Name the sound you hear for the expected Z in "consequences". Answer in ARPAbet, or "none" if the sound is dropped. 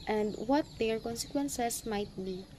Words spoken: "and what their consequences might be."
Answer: S